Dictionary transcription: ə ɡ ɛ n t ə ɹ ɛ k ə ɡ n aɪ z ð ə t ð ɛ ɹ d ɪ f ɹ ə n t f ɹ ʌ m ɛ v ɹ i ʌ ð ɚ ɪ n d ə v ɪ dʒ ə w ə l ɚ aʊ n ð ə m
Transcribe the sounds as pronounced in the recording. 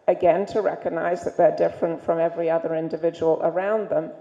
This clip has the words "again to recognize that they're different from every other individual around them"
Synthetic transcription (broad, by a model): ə ɡ ɛ n t ə ɹ ɛ k ə ɡ n aɪ z ð ə t ð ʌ ɹ d ɪ f ɹ ə n t f ɹ ʌ m ɛ v ɹ i ʌ ð ɚ ɪ n d ə v ɪ dʒ ə w ə l ɚ aʊ n ð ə m